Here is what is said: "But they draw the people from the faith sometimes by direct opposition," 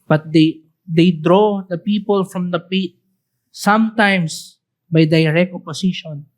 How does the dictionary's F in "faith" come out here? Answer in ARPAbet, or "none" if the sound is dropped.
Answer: P